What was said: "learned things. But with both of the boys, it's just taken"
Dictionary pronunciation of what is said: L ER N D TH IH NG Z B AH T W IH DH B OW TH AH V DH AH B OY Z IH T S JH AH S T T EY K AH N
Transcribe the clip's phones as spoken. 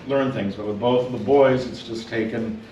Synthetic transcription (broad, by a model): L ER N TH IH NG Z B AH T W IH DH B OW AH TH DH AH B OY Z IH T S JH AH S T T EY K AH N